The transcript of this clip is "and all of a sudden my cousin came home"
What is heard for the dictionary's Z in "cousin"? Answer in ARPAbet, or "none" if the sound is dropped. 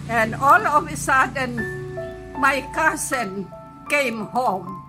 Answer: S